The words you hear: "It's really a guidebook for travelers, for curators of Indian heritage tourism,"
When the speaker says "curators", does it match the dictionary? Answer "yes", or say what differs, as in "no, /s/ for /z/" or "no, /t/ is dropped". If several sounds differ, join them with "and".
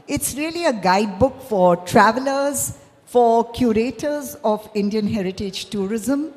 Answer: yes